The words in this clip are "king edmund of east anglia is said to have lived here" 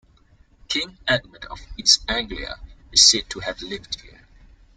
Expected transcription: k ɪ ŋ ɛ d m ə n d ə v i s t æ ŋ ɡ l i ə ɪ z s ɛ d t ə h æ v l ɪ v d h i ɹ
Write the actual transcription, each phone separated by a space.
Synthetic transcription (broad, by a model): k ɪ ŋ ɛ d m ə d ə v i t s æ ŋ ɡ l i ə ɪ z s ɛ d t ə h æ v l ɪ v d h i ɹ